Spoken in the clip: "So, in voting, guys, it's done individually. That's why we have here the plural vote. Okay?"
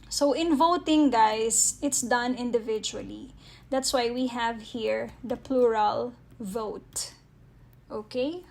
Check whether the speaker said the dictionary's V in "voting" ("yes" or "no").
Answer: yes